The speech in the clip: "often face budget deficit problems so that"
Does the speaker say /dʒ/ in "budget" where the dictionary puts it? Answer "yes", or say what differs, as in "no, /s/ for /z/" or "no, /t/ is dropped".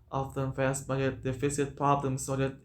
no, /dʒ/ is dropped